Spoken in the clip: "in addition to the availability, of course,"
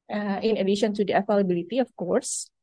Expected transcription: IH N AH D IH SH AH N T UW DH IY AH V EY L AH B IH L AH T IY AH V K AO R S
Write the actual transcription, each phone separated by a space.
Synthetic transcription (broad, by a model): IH N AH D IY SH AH N T UW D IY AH F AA L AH B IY L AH T IY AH F K AO R S